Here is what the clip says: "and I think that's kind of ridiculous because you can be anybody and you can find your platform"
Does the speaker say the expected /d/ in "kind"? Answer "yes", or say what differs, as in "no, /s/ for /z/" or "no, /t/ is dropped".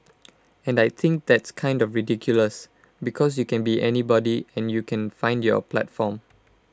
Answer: yes